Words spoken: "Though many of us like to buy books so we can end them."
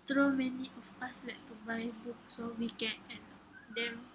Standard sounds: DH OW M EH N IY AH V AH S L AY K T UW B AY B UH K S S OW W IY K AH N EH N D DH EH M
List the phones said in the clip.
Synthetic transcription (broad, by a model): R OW M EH N IY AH F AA S L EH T T UW B AY B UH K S S OW W IY K AH N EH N D EH M